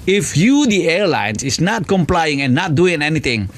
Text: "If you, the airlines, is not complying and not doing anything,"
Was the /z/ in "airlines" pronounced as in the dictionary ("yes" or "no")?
no